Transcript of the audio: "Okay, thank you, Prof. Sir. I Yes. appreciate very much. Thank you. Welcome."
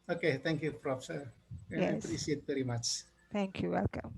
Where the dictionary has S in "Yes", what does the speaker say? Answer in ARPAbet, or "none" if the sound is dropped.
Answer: none